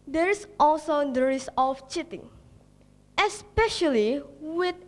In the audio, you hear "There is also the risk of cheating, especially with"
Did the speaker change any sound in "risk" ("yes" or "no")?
yes